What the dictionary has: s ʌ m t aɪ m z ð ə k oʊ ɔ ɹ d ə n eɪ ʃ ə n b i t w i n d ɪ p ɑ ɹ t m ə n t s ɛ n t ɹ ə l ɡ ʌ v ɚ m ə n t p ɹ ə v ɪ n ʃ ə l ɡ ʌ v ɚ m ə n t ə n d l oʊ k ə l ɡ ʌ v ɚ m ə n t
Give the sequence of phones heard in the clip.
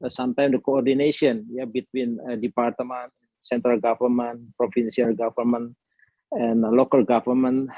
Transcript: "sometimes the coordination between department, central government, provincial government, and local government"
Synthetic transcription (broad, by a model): s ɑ m t aɪ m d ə k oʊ ɔ ɹ d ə n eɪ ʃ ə n b i t w i n d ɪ p ɑ ɹ t m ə n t s ɛ n t ɹ ə l ɡ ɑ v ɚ m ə n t p ɹ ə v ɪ n s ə l ɡ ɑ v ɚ m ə n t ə n l oʊ k ə l ɡ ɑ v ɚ m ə n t